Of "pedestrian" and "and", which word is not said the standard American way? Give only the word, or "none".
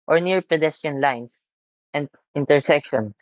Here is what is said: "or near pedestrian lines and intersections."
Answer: pedestrian